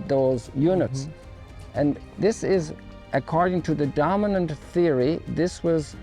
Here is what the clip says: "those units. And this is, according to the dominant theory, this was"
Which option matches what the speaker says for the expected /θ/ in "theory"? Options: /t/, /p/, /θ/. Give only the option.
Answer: /θ/